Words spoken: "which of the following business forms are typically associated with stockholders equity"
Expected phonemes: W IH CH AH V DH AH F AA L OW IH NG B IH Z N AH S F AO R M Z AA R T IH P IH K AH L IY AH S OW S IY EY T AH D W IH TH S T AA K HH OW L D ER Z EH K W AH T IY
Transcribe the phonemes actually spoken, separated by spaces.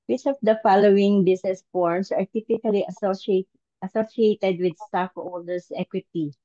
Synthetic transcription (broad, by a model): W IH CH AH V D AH F AA L OW IH NG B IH S N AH S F AO R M S AA R T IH P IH K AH L IY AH S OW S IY EY T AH D W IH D S T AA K OW L D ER S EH K W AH T IY